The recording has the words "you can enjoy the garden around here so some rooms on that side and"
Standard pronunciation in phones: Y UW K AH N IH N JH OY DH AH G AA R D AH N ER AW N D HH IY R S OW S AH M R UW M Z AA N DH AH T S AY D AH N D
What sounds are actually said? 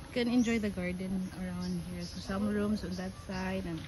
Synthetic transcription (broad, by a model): K AH N IH N JH OY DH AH G AA R D AH N ER AW N D HH IY R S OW S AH M R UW M S AA N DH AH T S AY D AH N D